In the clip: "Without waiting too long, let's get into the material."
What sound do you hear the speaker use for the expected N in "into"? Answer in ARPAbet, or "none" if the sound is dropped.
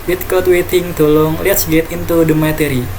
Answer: N